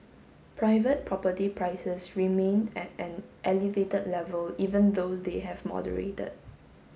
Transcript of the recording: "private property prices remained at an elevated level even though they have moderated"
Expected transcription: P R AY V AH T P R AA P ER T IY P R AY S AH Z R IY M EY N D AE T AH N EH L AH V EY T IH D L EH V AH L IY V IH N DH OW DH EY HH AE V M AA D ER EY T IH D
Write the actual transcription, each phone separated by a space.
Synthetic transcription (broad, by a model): P R AY V AH T P R AA P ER T IY P R AY S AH S R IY M EY N EH T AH N EH L AH V EY T IH D L EH V AH L IY V IH N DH OW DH EY HH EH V M AA D ER EY T IH D